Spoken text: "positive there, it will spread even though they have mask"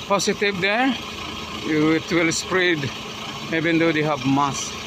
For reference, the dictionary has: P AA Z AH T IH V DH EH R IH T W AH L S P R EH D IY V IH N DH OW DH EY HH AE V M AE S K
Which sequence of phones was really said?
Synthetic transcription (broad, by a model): P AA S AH T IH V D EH W IH T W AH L S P R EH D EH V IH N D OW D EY HH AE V M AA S